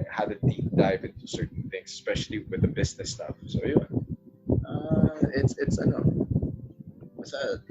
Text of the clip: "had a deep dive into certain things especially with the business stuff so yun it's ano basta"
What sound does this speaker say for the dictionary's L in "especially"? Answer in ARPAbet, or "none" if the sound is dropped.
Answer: L